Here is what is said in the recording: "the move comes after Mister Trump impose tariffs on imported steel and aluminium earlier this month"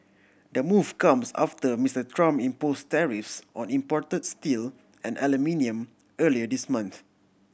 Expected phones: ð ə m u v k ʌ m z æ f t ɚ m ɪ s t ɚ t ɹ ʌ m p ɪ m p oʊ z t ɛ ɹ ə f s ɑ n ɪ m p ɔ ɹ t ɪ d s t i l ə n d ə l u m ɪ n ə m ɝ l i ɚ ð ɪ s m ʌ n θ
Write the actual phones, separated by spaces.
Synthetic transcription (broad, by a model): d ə m u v k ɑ m s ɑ f t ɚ m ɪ s t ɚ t ɹ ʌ m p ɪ m p oʊ s t ɛ ɹ ə f s ɑ n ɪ m p ɔ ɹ t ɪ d s t i l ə n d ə l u m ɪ n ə m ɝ l i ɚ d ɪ s m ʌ n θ